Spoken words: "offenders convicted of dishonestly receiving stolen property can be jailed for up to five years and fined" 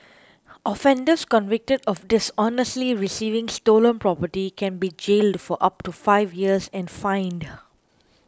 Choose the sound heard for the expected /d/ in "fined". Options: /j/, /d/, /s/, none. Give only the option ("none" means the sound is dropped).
/d/